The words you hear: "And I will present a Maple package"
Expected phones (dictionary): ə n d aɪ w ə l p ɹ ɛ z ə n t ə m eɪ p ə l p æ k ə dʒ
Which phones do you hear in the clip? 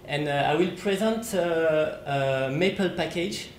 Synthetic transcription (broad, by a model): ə n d aɪ w ə l p ɹ ɛ z ə n t ə m eɪ p ə l p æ k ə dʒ